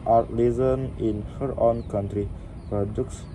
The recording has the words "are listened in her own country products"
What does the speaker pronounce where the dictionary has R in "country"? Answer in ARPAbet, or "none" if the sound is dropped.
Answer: R